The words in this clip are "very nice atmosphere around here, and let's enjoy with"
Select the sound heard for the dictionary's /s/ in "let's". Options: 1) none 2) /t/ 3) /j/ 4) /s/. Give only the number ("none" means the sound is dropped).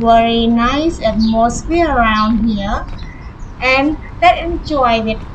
1